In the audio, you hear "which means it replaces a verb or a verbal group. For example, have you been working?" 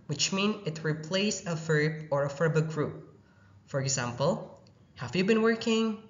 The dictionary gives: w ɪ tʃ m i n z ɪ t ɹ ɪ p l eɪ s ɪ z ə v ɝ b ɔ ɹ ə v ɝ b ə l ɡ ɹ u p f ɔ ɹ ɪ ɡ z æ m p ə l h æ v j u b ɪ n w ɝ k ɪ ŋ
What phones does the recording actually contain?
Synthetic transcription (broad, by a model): w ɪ tʃ m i n ɪ t ɹ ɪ p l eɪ ɪ s ə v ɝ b ɔ ɹ ə f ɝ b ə ɡ ɹ u p f ɔ ɹ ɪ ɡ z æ m p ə l h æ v j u b ɪ n w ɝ k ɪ ŋ